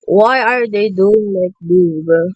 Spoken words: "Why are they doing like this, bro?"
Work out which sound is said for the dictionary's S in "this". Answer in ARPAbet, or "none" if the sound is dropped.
none